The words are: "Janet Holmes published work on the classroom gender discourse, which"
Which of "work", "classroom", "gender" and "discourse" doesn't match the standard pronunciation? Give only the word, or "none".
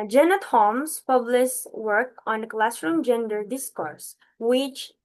none